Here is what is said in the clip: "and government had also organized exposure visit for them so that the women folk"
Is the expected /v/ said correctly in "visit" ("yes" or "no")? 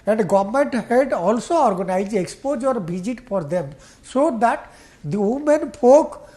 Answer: no